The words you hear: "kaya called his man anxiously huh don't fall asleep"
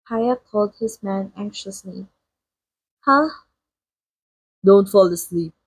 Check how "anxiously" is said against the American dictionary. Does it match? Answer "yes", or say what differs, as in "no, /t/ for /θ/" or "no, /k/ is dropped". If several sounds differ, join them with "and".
yes